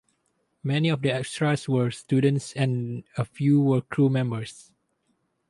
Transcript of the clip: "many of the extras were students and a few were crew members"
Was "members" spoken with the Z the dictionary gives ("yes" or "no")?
no